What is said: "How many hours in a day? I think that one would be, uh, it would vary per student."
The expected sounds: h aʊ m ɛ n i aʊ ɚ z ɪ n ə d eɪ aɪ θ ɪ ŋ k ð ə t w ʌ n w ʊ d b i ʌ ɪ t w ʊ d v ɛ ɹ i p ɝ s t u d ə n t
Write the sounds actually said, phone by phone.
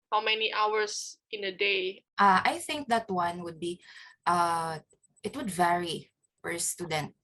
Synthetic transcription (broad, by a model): h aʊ m ɛ n i aʊ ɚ s ɪ n ə d eɪ aɪ θ ɪ ŋ k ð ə t w ʌ n w ʊ d b i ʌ ɪ t w ʊ d v ɛ ɹ i f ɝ s t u d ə n t